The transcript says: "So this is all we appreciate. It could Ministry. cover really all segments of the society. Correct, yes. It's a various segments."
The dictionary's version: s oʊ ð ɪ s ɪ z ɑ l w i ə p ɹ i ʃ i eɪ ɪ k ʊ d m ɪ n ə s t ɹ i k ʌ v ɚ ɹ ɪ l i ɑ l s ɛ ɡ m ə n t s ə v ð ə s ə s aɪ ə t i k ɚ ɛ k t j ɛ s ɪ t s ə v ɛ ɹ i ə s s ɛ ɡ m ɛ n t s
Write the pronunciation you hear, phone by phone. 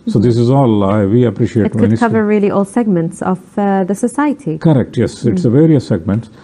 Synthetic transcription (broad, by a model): s oʊ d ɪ s ɪ z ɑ l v i ə p ɹ i ʃ i eɪ ɪ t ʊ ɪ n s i k ʌ v ɚ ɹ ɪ l i ɑ l s ɛ ɡ m ə n t s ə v ð ə s ə s aɪ ə t i k ɚ ɛ k t j ɛ s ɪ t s ə v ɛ ɹ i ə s s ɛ ɡ m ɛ n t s